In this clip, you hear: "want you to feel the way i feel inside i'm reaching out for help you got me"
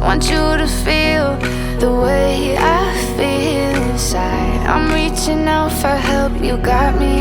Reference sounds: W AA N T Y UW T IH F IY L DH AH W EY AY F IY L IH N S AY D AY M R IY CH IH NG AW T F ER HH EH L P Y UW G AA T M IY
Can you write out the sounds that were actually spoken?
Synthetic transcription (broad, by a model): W AA N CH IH T IH F IY L DH AH W EY AY F IY L IH N S AY D AY M R IY CH IH NG AW T F ER HH EH L P Y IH G AA T M IY